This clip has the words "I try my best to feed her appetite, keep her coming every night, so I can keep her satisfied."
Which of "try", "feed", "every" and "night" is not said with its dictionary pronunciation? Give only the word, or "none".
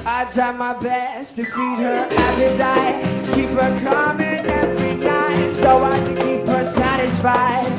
try